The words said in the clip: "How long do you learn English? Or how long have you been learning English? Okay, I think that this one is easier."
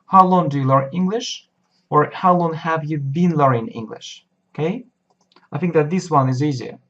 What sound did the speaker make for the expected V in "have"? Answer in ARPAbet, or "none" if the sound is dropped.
V